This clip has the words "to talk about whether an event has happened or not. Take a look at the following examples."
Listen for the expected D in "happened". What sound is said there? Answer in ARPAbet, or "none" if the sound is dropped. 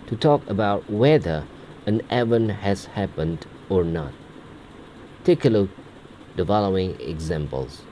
D